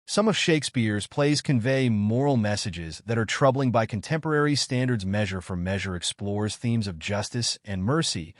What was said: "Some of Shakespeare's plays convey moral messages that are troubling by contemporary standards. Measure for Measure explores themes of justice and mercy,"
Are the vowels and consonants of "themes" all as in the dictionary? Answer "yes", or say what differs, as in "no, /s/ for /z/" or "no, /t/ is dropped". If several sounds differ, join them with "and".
yes